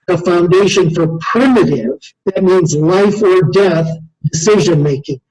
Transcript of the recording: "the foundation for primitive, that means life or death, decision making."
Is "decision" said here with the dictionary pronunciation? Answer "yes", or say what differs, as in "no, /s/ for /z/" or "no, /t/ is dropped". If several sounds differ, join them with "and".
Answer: yes